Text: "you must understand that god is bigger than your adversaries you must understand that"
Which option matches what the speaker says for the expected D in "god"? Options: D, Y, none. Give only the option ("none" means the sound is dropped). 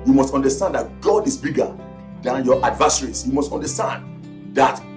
D